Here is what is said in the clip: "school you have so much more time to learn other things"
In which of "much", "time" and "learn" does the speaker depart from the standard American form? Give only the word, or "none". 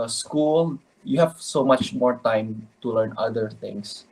none